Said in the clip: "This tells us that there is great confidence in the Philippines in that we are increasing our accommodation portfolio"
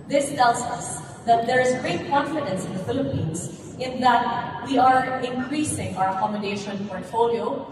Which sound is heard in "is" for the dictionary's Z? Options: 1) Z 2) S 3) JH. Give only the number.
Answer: 1